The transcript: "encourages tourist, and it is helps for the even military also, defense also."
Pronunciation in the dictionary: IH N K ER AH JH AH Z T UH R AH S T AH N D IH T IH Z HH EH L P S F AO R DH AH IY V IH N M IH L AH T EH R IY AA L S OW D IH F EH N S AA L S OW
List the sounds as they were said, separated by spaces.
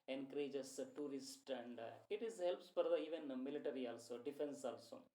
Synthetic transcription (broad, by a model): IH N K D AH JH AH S T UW R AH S T AH N D IH T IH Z HH EH L P S P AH R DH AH IY V IH N M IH L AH T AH R IY AA L S OW D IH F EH N S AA L S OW